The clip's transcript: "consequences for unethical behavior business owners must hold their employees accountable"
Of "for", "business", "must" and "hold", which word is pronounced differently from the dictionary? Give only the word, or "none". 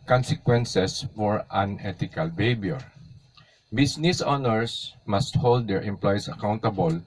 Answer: business